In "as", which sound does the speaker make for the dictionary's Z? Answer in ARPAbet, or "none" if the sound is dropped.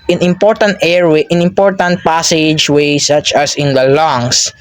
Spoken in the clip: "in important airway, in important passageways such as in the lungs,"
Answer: S